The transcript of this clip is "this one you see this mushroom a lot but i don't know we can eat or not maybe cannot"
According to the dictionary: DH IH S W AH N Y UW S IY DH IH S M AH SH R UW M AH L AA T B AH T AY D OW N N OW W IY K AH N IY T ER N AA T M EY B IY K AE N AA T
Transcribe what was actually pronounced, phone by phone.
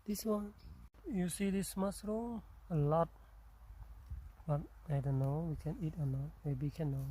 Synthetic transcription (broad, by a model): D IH S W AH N Y UW S IY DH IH S M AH S R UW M AH L AA T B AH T AY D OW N N OW W IY K AH N IY T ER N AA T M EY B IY K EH N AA